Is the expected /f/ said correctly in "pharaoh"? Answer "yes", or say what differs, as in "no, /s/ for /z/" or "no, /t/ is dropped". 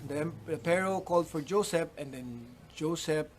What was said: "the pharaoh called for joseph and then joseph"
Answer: no, /p/ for /f/